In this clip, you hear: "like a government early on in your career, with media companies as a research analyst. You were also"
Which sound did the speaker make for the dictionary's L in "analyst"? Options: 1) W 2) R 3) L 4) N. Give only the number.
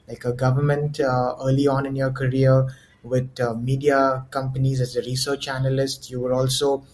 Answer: 3